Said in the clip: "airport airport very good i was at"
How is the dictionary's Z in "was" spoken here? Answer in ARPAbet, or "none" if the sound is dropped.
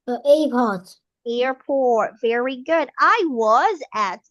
Z